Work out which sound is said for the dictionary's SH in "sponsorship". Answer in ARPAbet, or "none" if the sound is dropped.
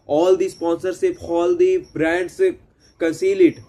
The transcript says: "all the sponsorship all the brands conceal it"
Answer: S